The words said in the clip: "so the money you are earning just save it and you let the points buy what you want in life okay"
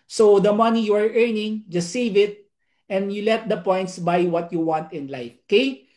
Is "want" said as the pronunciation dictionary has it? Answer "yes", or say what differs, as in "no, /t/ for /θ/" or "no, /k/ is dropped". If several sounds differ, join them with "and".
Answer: yes